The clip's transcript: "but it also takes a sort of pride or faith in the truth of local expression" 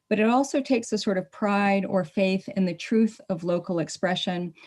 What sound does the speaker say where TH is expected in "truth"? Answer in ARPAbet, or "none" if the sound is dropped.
TH